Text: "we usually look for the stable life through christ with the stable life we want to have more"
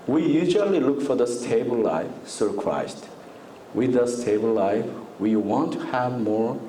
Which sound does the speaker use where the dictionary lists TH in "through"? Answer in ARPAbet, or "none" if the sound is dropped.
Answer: S